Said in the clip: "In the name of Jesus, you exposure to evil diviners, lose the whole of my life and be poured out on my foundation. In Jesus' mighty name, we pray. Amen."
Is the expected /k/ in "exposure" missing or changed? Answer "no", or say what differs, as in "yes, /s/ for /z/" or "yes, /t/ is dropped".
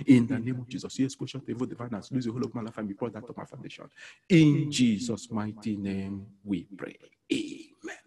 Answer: yes, /k/ is dropped